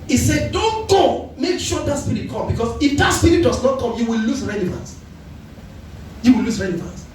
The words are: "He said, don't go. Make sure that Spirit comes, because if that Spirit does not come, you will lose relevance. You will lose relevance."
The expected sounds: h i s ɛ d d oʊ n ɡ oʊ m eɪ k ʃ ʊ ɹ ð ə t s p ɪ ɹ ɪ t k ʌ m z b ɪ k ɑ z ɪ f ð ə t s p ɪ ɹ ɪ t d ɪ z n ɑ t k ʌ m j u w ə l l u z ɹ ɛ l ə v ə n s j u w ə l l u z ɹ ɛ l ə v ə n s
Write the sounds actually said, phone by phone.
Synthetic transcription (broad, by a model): i s ɛ d d oʊ n ɡ oʊ m eɪ k ʃ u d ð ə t s p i ɹ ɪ t k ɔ m b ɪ k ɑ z ɪ f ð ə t s p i ɹ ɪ t d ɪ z n ɑ t k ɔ m j u w ə l l u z ɹ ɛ l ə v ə n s j u w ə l l u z ɹ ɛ l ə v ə n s